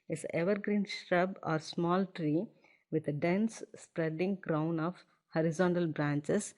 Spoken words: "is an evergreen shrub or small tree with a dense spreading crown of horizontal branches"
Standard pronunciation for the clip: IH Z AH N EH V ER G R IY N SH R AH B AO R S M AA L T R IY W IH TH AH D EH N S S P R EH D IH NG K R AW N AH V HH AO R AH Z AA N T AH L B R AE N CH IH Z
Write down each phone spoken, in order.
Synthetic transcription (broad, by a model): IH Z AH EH V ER G R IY N SH R AH B AO R S M AA L T R IY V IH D AH D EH N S S P R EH D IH NG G R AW N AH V HH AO R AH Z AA N T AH L B R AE N CH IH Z